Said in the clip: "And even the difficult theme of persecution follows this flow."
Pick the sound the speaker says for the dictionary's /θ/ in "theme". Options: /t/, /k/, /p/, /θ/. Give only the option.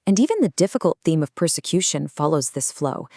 /θ/